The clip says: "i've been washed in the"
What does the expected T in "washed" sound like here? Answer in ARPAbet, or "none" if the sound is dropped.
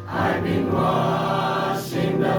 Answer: none